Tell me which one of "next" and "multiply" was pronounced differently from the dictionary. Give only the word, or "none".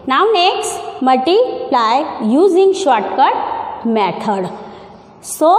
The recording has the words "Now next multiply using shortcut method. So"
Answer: multiply